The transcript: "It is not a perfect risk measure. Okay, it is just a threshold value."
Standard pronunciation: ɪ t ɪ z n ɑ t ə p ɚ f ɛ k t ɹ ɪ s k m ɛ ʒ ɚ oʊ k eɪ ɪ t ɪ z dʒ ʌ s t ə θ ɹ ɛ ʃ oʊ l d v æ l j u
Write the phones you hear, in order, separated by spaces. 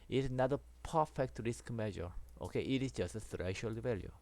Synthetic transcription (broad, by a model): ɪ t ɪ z n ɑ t ə p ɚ f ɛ k t ɹ ɪ s k m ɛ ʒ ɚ oʊ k eɪ ɪ t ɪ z dʒ ʌ s t ə s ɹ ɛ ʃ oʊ l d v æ l j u